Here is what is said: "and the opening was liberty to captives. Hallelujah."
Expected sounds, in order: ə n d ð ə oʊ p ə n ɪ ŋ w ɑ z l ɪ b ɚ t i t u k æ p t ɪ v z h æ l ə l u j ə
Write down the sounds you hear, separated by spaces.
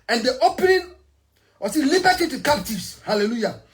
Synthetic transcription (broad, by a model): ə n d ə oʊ p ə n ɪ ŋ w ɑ s l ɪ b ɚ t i t u k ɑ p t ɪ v s h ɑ l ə l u j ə